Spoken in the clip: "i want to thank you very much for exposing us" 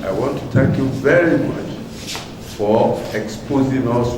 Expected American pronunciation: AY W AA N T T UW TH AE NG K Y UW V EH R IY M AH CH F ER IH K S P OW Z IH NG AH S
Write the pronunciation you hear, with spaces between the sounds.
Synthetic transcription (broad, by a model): AY W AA N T T UW T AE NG K Y UW V EH R IY M AH CH F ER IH K S P OW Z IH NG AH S